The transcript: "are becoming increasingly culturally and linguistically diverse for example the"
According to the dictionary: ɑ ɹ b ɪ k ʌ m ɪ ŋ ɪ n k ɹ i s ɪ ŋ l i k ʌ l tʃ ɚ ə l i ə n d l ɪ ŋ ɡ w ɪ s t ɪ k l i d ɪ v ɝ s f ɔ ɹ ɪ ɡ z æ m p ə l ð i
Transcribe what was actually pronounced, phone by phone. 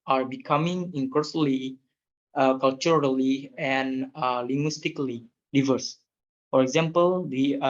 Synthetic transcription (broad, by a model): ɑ ɹ b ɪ k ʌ m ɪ ŋ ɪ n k ɔ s l i k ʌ l tʃ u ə l i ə n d l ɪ ŋ ɡ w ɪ s t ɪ k l i d ɪ v ɝ s f ɔ ɹ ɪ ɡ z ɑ m p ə l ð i